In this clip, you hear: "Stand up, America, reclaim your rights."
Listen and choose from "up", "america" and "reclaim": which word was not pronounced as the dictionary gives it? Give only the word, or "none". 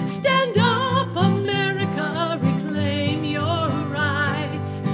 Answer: up